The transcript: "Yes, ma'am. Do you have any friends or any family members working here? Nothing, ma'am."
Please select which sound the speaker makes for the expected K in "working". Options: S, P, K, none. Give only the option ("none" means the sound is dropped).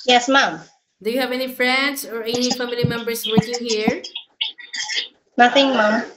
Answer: none